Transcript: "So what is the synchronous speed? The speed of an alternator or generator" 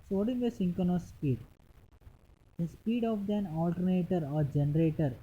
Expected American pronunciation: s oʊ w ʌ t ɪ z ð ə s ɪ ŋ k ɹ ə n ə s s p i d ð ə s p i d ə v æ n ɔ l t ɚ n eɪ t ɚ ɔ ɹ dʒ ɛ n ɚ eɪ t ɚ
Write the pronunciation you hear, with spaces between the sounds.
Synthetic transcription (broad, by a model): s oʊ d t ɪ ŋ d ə s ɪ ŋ k ə n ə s s p i d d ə s p i d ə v æ n ɔ l t ɚ n eɪ t ɚ ɔ ɹ dʒ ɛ n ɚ eɪ t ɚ